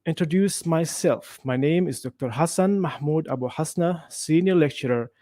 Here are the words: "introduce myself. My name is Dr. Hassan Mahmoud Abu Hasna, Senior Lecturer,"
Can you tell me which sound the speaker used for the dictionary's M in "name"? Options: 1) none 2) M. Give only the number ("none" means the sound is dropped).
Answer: 2